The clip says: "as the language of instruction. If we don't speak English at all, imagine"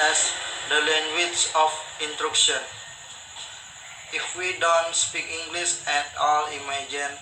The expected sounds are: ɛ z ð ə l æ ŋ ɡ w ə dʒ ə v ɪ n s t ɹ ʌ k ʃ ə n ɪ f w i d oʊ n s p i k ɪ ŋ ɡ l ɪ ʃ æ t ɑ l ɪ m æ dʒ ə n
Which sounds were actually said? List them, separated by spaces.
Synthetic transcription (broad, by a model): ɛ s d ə l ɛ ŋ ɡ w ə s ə f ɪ n t ɹ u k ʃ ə n ɪ f w i d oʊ n s p i k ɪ ŋ ɡ l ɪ s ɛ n ɑ l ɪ m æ dʒ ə n